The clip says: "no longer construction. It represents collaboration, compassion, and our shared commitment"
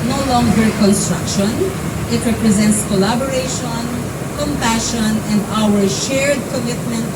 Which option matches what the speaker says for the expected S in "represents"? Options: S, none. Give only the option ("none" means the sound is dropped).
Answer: S